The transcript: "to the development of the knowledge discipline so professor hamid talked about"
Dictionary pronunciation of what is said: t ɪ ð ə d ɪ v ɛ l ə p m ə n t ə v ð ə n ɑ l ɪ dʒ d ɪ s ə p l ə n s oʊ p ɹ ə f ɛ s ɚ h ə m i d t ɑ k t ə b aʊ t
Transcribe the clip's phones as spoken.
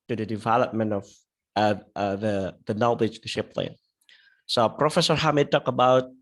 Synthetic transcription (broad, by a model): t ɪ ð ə d ɪ v ɛ l ə p m ə n t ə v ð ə n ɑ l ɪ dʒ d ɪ ʃ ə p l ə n s oʊ p ɹ ə f ɛ s ɚ h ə m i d t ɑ k ə b aʊ t